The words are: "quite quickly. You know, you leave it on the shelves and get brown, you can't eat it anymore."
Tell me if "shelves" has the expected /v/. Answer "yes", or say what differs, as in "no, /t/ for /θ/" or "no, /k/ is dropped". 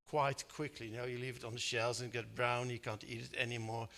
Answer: no, /v/ is dropped